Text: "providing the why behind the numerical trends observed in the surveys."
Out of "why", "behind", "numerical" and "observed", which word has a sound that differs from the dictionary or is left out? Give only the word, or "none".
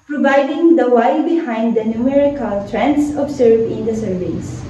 observed